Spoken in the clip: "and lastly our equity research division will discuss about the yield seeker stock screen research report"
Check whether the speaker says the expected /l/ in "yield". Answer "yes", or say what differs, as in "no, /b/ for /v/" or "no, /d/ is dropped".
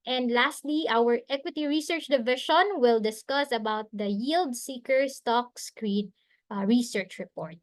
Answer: yes